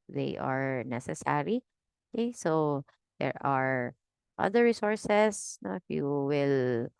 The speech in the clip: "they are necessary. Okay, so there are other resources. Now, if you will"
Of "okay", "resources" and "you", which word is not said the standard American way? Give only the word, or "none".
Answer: resources